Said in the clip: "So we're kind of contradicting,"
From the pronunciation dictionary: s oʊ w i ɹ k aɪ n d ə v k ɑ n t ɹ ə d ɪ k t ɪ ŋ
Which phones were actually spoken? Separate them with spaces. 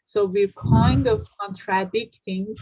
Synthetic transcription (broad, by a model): s oʊ w i ɹ k aɪ n d ə v k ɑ n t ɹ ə d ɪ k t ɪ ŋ